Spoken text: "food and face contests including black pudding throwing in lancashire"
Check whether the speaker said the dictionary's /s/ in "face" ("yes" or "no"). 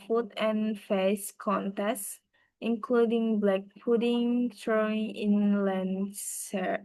yes